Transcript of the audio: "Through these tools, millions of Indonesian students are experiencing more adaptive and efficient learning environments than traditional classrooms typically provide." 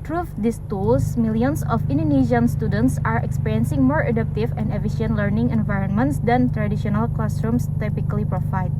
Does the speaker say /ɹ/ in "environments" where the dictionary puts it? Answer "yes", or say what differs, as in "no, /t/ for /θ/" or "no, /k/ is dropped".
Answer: yes